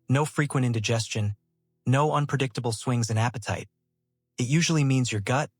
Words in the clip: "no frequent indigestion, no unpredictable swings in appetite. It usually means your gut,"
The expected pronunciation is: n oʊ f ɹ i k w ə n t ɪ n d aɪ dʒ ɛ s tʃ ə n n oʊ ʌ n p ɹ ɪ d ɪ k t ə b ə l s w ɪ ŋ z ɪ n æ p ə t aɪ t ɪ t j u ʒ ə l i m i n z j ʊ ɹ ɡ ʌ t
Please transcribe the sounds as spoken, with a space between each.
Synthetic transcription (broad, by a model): n oʊ f ɹ i k w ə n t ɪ n d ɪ dʒ ɛ s tʃ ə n n oʊ ʌ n p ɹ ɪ d ɪ k t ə b l s w ɪ ŋ z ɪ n æ p ə t aɪ t ɪ t j u ʒ l i m i n z j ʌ ɹ ɡ ʌ t